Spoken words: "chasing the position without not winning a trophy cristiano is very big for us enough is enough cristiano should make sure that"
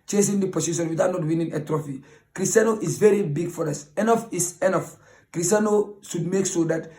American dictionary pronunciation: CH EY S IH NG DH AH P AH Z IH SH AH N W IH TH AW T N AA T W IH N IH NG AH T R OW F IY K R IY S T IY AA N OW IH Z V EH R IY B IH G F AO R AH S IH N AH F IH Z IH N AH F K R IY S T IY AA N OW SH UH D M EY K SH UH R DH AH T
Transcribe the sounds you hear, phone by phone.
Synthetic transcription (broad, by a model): CH EY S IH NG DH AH P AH S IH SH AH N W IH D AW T N AA T W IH N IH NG AH T R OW F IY K R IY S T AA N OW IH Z V EH R IY B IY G F AO R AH S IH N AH F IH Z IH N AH F K R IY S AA N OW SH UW D M EY K S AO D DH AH T